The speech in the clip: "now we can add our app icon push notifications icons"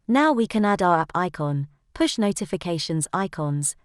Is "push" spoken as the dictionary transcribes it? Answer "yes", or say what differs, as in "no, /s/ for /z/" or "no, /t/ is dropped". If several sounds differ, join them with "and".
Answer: yes